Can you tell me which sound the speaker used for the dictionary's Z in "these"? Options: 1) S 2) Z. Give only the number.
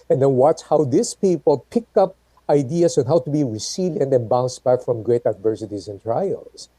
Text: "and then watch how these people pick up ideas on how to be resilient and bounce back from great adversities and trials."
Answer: 1